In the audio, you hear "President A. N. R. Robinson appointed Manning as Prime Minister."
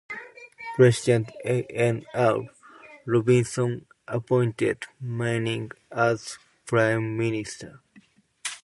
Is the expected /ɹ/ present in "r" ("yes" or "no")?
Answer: no